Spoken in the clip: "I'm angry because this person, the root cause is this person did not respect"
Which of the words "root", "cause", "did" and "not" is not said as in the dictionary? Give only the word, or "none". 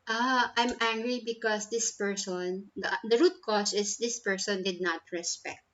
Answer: cause